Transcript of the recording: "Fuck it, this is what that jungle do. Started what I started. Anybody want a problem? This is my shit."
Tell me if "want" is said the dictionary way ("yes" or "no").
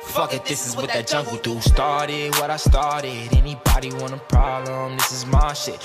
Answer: no